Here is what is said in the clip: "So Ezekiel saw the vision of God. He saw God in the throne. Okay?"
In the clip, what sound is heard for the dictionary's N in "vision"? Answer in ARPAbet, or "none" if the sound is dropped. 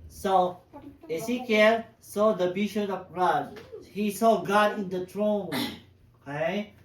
none